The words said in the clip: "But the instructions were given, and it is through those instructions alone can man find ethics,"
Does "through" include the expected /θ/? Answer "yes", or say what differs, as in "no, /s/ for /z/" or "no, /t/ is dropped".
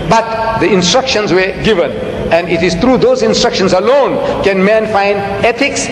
no, /t/ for /θ/